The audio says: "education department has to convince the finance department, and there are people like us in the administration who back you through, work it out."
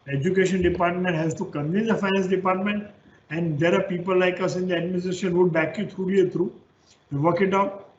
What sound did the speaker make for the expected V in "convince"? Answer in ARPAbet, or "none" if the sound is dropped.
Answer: none